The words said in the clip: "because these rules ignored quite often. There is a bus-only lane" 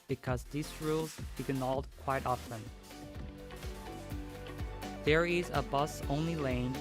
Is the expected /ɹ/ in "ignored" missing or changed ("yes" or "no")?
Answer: yes